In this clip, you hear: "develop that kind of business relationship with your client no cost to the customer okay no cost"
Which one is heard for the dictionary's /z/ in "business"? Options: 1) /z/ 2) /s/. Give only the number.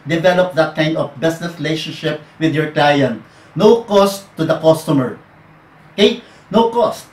2